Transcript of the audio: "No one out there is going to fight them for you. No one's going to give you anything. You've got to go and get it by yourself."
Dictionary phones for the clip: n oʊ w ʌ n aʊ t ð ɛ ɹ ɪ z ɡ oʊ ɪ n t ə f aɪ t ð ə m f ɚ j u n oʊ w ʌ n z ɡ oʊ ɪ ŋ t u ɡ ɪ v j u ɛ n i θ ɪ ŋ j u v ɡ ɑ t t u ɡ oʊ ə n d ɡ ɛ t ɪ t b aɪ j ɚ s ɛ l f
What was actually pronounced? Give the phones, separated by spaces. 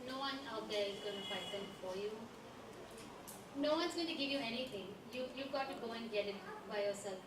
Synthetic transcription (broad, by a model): n oʊ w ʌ n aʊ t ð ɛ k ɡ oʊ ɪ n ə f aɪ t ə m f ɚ j u n oʊ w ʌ n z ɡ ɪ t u ɡ ɪ v j u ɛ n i t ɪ ŋ j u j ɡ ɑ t t u ɡ oʊ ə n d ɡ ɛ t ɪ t b aɪ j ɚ s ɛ l f